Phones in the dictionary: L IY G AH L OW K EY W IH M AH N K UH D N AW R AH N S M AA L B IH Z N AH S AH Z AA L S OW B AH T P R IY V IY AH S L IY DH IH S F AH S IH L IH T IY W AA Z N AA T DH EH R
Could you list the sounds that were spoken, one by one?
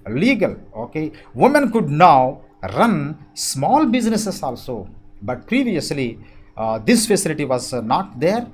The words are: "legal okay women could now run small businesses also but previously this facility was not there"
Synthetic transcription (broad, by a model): L IY G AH L OW K EY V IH M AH N K UH D N AW R AH N S M AA L B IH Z N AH S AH S AA L S OW B AH T P R IY V IY AH S L IY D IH S F AH S IH L IH T IY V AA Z N AA T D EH R